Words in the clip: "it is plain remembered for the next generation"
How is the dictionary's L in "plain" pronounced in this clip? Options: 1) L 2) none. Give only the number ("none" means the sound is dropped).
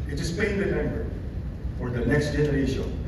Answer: 2